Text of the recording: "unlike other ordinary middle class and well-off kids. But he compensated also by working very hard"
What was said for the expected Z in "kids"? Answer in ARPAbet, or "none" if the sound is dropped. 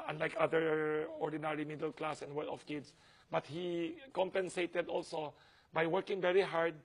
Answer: S